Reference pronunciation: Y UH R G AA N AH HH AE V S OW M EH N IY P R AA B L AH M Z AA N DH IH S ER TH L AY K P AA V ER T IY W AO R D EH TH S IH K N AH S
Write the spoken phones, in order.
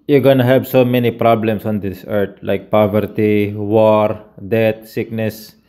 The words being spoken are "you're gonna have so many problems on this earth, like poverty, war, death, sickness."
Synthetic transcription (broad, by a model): Y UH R G AA N AH HH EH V S OW M EH N IY P R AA B L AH M S AA N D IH S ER T L AY K P AA V ER T IY W AO R D EH T S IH K N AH S